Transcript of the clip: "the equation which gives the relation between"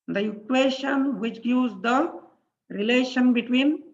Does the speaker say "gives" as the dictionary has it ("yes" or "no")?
no